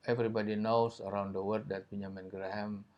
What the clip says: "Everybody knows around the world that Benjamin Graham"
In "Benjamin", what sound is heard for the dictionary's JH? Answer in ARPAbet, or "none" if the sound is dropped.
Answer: none